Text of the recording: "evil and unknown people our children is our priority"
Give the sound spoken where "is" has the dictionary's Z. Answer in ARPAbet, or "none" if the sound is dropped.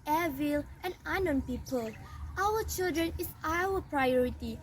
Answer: S